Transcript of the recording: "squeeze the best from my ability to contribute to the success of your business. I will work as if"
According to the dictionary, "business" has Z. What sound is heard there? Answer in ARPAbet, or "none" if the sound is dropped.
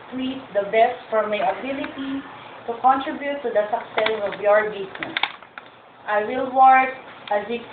S